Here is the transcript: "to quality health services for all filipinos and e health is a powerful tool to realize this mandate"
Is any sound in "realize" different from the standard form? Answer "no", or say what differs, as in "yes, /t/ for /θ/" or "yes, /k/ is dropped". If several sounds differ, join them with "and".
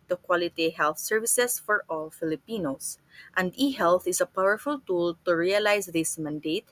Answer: yes, /s/ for /z/